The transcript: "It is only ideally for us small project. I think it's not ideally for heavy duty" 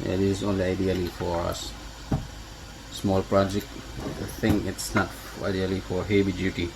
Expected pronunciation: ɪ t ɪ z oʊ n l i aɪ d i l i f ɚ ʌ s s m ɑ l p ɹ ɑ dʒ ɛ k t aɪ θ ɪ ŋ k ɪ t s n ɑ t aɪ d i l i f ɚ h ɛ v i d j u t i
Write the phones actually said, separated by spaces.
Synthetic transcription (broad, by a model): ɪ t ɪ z oʊ n l i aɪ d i l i f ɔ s s m ɑ l p ɹ ɑ dʒ ɛ k t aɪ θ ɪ ŋ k ɪ t s n ɑ t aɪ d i l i f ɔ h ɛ b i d j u t i